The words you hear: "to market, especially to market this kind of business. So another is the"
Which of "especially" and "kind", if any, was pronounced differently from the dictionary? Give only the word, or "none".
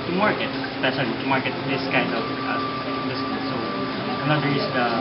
especially